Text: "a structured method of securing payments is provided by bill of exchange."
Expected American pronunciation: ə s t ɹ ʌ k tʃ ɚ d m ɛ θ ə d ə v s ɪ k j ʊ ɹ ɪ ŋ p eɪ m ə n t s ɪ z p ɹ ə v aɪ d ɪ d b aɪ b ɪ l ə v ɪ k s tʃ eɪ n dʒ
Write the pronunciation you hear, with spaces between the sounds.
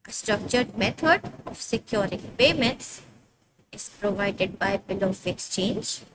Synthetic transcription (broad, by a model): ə s t ɹ ʌ k tʃ ɚ d m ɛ t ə d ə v s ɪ k j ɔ ɹ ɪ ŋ p eɪ m ə n t s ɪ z p ɹ ə v aɪ d ɪ d b aɪ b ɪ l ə f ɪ k s tʃ eɪ n dʒ